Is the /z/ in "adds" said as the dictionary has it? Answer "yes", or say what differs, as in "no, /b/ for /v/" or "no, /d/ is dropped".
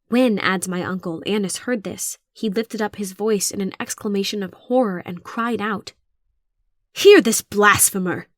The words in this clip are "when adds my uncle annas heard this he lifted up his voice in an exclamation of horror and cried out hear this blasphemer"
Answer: yes